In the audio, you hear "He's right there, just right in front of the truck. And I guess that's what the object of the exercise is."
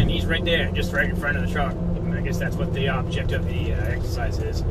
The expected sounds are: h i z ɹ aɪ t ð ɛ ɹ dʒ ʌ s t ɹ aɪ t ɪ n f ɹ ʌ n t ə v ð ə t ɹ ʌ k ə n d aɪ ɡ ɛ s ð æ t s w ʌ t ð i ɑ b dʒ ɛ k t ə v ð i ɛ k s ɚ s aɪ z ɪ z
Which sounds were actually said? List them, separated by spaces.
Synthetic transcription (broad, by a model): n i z ɹ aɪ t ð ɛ ɹ dʒ ʌ s t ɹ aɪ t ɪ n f ɹ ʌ t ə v ð ə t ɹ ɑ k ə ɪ ɡ ɛ s ð æ t s w ʌ t ð i ɑ b dʒ ɛ k t ə v ð i ɛ k s ɚ s aɪ z ɪ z